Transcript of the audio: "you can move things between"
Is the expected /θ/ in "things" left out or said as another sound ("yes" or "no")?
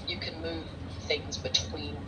no